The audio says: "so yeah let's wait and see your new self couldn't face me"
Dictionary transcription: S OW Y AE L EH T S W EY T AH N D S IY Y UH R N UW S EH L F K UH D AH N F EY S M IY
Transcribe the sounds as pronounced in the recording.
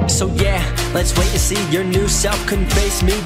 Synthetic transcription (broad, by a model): S OW Y AE L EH T S W EY T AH S IY Y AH R N UW S EH L F K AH N F EY S M IY